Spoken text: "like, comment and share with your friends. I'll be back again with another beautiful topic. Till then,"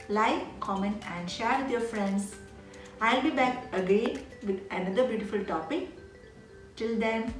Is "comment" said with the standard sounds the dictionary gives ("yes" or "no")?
no